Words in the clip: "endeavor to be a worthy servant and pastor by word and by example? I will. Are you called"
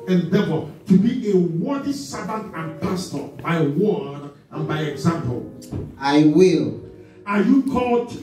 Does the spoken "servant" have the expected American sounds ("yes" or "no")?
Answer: no